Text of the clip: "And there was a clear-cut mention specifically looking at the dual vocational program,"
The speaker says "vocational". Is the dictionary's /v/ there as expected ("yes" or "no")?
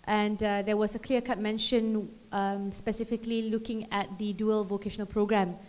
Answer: yes